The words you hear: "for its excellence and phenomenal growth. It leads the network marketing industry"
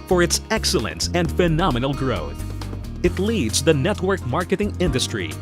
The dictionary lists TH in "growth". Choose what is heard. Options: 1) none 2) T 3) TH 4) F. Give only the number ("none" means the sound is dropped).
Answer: 3